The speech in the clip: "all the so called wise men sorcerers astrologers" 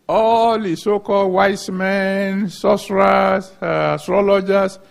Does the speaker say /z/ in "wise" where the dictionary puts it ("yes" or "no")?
no